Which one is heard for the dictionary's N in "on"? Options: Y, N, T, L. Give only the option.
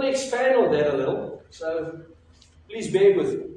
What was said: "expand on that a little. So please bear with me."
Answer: L